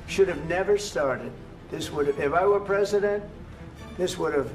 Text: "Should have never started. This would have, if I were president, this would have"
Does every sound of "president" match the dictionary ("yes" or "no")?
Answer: yes